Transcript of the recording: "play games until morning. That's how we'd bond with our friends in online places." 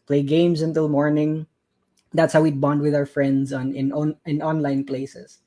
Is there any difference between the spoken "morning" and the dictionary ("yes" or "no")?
no